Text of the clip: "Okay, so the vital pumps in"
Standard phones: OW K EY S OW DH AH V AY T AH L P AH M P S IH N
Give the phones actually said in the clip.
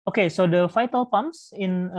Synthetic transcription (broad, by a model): OW K EY S OW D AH F AY T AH L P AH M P S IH N